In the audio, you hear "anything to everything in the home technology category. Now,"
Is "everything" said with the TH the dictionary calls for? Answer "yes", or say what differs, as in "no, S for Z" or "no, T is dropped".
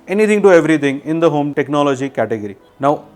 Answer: no, T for TH